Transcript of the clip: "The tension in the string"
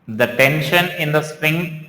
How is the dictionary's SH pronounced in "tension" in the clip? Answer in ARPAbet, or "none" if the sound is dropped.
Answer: SH